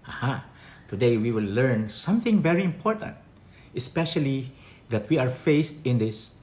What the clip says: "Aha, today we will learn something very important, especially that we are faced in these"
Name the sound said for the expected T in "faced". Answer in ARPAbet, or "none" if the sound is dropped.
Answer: T